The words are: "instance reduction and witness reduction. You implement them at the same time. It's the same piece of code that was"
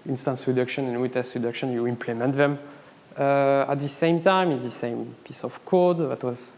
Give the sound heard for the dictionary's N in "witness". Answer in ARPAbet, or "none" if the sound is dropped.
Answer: none